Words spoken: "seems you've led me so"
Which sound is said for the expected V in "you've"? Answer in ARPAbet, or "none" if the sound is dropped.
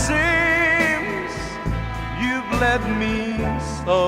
V